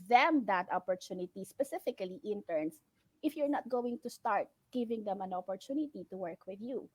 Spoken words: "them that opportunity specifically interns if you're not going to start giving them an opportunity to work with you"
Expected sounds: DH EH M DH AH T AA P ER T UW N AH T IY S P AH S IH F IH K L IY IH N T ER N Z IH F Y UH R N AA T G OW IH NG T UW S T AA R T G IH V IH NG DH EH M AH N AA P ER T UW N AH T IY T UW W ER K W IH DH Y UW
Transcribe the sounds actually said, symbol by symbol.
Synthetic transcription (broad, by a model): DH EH M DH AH T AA P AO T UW N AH T IY S P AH S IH F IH K L IY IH N T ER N S IH F Y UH R N AA T G OW IH NG T UW S T AA R T G IH V IH NG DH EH M AH N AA P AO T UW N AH T IY T UW W ER K W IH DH Y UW